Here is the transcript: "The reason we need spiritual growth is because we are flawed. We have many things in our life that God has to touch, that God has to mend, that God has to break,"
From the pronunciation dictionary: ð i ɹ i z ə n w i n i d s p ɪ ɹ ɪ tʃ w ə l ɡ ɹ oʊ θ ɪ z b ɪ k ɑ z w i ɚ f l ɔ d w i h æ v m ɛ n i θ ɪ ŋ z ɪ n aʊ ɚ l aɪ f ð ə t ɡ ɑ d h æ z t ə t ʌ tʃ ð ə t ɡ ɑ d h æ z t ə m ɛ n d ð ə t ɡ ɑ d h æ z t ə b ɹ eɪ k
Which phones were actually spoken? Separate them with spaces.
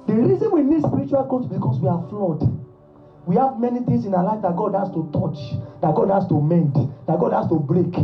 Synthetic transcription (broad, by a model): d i ɹ i z ə n w i n i d s p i ɹ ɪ tʃ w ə l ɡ oʊ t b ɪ k ɑ s w i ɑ f l ɔ d w i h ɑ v m ɛ n i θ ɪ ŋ s ɪ n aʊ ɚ l aɪ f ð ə t ɡ ɑ d h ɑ s t ə t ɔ tʃ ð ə t ɡ ɑ d h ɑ s t ə m ɛ n d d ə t ɡ ɑ d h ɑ s t ə b ɹ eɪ k